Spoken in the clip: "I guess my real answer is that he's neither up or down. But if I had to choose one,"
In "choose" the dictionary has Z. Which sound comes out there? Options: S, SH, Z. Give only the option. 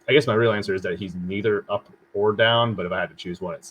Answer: Z